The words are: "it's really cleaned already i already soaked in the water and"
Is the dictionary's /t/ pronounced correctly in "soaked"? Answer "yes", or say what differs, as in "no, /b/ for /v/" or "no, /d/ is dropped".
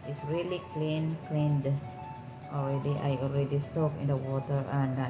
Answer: no, /t/ is dropped